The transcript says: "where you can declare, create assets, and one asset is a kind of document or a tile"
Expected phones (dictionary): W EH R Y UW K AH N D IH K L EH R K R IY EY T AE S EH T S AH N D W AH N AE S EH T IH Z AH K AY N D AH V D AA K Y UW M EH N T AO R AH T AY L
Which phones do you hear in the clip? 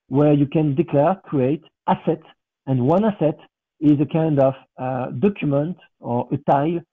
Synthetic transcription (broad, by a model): W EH R Y UW K AH N D IH K L EH R K R IY EY T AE S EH T AH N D W AH N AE S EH T IH Z AH K AY N D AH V D AA K Y UW M EH N T AO R AH T AY L